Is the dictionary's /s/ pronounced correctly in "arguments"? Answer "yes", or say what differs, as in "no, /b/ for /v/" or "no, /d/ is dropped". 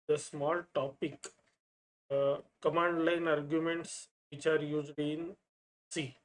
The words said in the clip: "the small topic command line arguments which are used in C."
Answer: yes